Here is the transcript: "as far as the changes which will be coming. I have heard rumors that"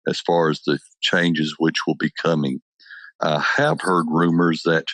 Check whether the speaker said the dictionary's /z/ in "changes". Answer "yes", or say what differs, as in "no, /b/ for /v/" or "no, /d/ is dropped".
yes